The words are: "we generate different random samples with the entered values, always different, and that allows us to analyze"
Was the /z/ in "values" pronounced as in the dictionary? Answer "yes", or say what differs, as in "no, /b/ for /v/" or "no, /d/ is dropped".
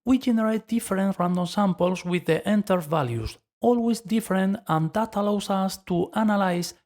no, /s/ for /z/